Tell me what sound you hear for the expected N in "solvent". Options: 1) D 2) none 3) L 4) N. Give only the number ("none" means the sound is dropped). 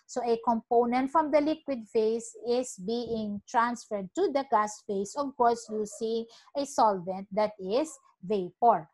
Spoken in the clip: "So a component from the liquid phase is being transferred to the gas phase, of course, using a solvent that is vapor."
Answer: 4